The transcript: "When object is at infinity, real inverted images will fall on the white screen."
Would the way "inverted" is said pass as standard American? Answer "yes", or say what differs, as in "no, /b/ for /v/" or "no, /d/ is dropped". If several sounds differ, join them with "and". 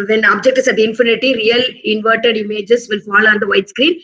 yes